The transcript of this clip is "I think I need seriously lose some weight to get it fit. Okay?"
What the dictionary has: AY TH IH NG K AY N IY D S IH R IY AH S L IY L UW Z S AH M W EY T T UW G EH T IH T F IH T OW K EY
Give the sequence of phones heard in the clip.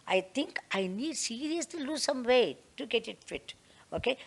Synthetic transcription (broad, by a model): AY T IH NG K AY N IY D S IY R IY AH S L IY L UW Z S AH M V EY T T UW G EH T IH T F IH T OW K EY